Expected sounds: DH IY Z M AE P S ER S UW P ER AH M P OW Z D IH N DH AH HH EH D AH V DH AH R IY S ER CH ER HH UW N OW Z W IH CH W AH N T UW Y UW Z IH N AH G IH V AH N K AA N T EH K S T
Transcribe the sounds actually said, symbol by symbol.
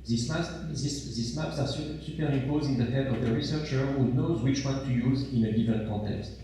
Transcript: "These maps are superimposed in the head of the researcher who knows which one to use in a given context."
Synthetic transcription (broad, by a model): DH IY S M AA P S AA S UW P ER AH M P OW Z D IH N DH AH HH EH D AH V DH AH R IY S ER CH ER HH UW N OW Z W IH CH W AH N T UW Y UW Z IH N AH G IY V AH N K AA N T EH K S T